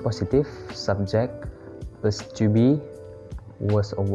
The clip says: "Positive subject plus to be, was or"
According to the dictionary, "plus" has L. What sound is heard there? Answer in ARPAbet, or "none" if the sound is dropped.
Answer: none